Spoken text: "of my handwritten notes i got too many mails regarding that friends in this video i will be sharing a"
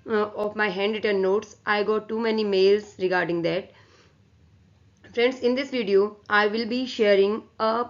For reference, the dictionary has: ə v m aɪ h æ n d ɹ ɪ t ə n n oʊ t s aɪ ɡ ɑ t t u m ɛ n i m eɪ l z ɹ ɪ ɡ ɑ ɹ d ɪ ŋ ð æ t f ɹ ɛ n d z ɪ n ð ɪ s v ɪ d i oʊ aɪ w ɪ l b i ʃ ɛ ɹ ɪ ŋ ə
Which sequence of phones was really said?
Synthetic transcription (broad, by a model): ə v m aɪ h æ n d ɪ t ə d n oʊ t s aɪ ɡ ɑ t t u m ɛ n i m eɪ l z ɹ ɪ ɡ ɑ ɹ d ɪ ŋ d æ t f ɹ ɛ n d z ɪ n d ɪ s v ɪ d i oʊ aɪ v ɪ l b i ʃ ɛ ɹ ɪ ŋ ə